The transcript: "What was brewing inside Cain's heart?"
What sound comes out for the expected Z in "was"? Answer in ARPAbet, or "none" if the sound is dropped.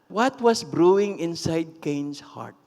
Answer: S